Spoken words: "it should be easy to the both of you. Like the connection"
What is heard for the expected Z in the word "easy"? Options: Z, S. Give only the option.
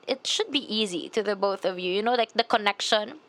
Z